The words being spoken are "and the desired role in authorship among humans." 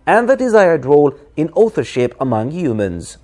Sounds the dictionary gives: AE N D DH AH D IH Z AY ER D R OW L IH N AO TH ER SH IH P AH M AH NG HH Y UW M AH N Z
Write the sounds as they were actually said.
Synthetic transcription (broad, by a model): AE N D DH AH D IH Z AY ER D R OW L IH N AO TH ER SH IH P AH M AH NG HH Y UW M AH N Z